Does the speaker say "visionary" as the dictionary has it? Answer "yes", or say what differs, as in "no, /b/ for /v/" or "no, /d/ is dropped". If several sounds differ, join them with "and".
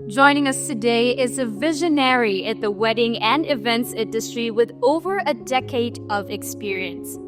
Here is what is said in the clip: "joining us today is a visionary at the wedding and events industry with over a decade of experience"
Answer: yes